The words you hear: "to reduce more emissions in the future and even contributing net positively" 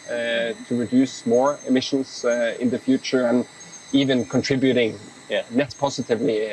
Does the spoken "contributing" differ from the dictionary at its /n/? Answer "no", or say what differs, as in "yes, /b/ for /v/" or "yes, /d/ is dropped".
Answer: no